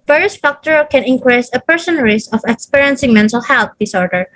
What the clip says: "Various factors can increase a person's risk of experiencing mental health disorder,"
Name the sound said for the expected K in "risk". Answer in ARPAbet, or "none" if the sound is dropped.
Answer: none